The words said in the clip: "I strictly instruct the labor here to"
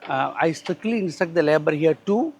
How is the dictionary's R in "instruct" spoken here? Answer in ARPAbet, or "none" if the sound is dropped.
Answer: none